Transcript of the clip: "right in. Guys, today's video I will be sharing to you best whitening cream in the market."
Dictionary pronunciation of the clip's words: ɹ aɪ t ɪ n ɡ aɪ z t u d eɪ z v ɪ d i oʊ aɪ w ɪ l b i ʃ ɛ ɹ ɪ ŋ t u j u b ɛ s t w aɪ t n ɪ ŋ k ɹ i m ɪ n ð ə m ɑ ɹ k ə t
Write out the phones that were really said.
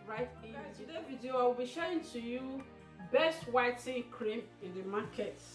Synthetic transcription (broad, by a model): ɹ aɪ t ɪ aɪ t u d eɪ v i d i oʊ aɪ w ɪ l b i ʃ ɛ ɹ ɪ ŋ t u j u b ɛ s t w aɪ t ɪ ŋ k ɹ i m ɪ n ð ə m ɑ k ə t